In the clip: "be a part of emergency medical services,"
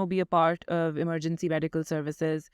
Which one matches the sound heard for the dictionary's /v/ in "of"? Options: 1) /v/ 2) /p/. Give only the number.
1